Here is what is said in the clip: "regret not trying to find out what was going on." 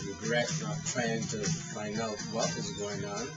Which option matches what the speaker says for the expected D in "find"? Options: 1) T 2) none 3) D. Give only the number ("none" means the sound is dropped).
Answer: 2